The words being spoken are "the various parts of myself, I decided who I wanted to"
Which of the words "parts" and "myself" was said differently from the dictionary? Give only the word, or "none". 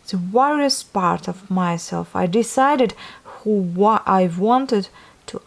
parts